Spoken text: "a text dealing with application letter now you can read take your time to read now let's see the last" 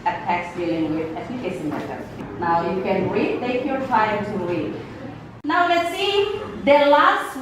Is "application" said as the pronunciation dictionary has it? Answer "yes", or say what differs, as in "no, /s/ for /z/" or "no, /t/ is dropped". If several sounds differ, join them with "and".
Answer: no, /s/ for /ʃ/